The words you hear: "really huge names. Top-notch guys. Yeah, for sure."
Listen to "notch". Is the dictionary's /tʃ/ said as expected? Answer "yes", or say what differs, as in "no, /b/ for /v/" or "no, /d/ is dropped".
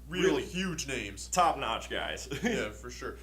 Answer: yes